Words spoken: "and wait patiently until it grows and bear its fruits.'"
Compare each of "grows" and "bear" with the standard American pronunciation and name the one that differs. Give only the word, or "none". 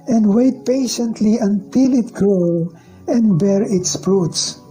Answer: grows